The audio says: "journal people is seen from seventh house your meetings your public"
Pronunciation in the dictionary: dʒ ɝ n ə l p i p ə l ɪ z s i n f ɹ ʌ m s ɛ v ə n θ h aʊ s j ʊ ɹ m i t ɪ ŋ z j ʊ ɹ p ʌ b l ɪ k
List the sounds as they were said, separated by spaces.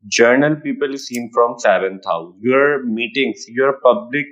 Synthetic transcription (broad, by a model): dʒ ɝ n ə l p i p ə l s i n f ɹ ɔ m s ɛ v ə n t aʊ j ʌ ɹ m i t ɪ ŋ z j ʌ ɹ p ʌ b l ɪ k